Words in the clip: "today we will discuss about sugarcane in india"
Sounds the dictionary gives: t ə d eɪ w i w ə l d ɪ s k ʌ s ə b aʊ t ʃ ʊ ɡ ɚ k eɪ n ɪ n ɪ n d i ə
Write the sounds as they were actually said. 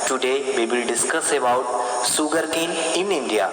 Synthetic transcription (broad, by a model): t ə d eɪ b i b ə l d ɪ s k ʌ s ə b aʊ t s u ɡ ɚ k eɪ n ɪ n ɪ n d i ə